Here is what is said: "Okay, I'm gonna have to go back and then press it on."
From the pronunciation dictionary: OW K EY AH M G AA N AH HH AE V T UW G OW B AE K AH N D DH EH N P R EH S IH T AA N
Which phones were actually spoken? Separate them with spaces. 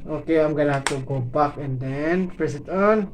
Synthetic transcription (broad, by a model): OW K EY AH M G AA L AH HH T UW G OW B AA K AH N D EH N P R EH S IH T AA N